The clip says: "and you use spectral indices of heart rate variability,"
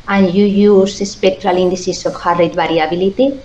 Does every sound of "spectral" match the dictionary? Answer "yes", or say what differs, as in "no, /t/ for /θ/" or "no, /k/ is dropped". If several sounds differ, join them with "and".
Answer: yes